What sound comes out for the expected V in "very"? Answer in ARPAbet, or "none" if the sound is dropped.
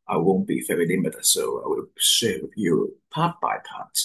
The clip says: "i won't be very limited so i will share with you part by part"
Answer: F